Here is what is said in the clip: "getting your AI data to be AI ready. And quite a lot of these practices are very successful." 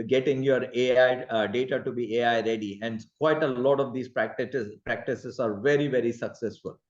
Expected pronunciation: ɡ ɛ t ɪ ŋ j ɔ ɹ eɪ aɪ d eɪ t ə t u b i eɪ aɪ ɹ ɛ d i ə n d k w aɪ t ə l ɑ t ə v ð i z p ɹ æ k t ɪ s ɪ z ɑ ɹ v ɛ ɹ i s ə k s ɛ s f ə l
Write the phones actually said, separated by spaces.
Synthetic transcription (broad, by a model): ɡ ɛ t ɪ ŋ j ɔ ɹ eɪ aɪ d eɪ t ə t u b i eɪ aɪ ɹ ɛ d i ə n d k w aɪ t ə l ɑ t ə v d i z p ɹ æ k t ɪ s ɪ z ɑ ɹ v ɛ ɹ i s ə k s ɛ s f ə l